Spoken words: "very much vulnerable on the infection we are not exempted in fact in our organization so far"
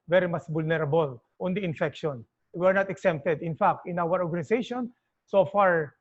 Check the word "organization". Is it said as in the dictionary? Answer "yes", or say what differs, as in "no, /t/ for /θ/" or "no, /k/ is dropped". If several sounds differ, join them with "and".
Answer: no, /s/ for /z/